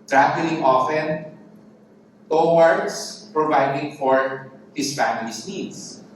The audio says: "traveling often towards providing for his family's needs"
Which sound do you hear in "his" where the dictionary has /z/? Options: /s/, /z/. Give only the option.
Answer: /s/